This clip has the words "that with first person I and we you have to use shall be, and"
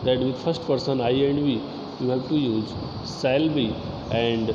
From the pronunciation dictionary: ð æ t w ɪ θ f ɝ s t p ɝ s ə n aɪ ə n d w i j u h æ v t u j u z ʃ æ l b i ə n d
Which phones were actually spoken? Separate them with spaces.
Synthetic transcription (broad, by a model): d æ t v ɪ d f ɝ s t p ɝ s ə n aɪ ə n d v i j u h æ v t u j u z s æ l b i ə n d